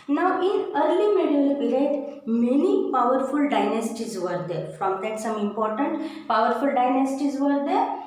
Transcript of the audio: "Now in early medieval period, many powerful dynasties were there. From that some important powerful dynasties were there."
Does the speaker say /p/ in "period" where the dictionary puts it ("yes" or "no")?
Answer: no